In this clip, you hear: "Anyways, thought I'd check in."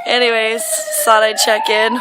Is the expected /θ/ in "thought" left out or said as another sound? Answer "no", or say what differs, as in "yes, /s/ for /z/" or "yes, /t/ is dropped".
yes, /s/ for /θ/